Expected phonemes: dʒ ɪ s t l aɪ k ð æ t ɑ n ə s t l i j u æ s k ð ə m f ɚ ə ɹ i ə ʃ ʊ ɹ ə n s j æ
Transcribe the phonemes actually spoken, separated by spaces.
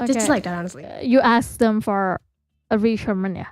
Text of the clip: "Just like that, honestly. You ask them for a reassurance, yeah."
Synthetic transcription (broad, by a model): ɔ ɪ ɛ l aɪ k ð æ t ɑ n ə s t l i j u æ s k ð ə m f ɚ ə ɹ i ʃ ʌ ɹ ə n j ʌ